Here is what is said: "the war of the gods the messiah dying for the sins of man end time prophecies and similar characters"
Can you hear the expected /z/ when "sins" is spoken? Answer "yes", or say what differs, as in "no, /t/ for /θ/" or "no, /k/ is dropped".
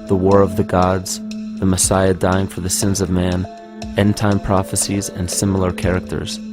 yes